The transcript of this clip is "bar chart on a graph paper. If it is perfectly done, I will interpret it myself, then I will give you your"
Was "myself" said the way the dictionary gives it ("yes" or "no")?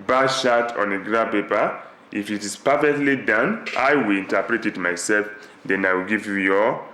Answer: yes